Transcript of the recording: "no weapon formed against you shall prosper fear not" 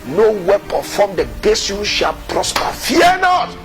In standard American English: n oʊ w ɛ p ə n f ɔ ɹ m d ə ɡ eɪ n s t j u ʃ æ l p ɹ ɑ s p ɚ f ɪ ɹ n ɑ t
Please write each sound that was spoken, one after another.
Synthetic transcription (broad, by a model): n oʊ w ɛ p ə f ɔ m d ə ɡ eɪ s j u ʃ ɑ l p ɹ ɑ s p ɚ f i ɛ n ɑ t